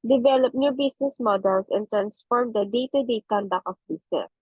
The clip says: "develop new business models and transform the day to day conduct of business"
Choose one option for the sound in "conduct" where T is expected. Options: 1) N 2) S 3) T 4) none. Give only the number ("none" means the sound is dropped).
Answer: 4